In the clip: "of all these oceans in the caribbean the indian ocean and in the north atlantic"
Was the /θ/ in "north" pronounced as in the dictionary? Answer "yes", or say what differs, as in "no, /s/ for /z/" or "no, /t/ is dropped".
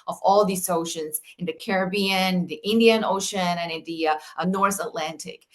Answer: yes